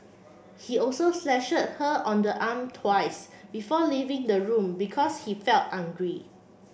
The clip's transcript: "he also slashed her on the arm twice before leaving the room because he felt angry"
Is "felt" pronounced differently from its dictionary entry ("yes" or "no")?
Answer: no